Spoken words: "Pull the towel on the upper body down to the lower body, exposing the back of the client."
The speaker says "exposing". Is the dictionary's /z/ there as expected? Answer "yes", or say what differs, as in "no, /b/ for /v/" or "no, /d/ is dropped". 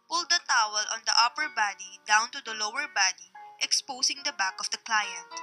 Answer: no, /s/ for /z/